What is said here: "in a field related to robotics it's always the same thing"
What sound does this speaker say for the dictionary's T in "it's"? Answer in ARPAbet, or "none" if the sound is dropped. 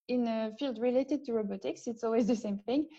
T